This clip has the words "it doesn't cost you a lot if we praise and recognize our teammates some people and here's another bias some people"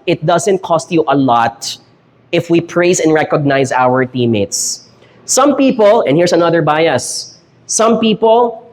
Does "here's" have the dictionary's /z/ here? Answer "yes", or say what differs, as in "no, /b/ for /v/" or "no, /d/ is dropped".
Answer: no, /s/ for /z/